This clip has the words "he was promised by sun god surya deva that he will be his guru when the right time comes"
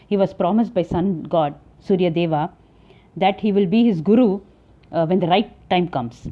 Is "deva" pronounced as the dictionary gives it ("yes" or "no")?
yes